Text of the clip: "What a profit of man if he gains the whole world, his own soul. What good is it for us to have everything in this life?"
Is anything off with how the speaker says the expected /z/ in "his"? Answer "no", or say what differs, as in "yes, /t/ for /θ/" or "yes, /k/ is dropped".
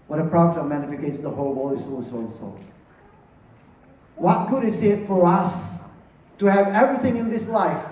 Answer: yes, /s/ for /z/